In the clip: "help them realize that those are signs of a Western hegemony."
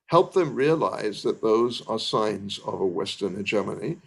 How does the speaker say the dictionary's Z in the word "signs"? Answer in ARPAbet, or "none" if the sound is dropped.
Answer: Z